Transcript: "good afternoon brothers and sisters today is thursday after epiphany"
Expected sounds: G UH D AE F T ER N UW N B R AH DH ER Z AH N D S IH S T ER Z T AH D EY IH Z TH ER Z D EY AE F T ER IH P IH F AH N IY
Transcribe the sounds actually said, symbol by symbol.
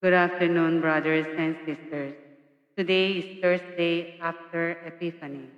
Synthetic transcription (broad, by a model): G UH D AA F T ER N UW N B R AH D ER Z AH N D S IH S T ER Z T AH D EY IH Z T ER S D EY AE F T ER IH P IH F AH N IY